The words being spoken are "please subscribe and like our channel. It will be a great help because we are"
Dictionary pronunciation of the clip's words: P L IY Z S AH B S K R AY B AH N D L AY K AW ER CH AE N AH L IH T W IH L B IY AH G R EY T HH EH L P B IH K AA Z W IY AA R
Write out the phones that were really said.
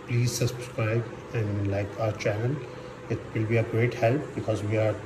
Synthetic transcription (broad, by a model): P L IY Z S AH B S K R AY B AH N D L AY K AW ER CH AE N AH N IH T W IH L B IY AH G R EY T HH EH L P B IH K AA Z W IY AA R